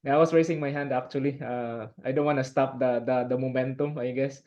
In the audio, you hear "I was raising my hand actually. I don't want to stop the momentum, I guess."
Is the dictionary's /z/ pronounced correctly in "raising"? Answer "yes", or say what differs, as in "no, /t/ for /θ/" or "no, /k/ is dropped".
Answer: no, /s/ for /z/